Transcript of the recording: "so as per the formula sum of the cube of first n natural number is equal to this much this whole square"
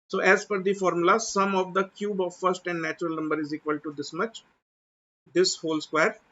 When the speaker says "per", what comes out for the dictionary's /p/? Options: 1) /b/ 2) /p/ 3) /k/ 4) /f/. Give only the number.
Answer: 4